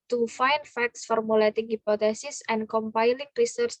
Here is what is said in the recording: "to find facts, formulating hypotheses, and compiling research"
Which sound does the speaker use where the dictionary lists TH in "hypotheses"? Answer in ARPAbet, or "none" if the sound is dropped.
T